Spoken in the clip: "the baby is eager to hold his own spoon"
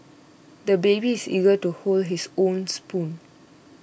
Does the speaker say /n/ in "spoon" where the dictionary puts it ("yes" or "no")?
yes